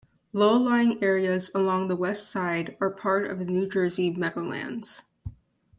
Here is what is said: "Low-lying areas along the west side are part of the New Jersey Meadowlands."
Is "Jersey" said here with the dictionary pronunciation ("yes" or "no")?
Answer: yes